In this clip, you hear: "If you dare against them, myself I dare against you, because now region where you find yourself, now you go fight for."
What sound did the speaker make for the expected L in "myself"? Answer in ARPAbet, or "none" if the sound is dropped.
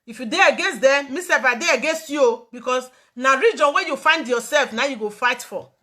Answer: none